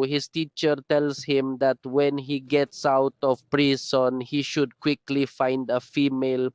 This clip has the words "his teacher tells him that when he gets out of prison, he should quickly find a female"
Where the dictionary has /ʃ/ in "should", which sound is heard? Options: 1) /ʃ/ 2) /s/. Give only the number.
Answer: 1